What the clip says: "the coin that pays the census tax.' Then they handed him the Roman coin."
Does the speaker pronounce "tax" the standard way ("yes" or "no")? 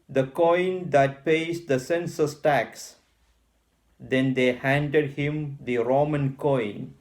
yes